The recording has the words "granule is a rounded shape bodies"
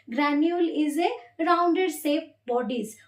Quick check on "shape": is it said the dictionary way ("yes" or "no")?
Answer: no